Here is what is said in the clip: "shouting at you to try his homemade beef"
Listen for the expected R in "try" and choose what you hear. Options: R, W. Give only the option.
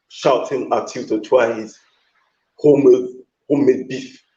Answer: W